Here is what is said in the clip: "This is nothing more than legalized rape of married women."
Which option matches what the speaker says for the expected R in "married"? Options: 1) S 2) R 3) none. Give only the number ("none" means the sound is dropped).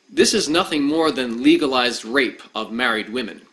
2